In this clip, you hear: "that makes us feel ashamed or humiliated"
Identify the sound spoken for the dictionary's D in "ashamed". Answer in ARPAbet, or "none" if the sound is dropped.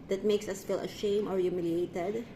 none